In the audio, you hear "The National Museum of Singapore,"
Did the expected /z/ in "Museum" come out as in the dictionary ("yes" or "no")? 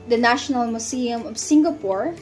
no